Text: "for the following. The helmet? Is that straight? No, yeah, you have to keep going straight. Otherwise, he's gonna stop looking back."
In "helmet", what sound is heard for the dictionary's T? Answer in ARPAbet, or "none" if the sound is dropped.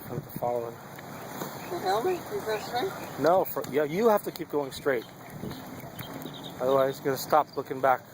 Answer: none